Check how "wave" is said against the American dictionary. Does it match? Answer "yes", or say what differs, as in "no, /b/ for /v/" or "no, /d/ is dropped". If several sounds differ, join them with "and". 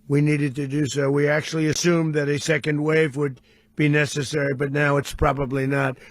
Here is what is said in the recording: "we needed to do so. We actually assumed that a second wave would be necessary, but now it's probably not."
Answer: yes